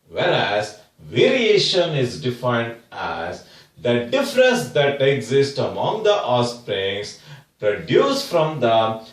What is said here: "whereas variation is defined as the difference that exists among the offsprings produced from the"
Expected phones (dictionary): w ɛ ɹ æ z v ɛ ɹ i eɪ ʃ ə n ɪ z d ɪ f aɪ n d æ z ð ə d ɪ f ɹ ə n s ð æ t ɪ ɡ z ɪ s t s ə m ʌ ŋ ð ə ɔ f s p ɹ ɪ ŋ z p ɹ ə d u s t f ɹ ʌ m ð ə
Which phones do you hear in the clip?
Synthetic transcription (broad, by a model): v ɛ ɹ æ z v ɛ ɹ i eɪ ʃ ə n ɪ z d ɪ f aɪ n d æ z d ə d ɪ f ɹ ə n s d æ t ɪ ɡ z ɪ s t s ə m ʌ ŋ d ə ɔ s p ɹ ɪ ŋ s p ɹ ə d u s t f ɹ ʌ m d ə